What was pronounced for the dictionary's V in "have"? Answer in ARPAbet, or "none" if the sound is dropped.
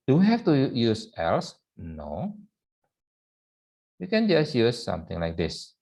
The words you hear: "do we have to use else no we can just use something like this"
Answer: F